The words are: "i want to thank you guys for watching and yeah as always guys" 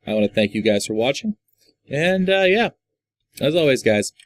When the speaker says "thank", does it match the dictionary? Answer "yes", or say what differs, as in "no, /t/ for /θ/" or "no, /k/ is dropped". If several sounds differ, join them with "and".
yes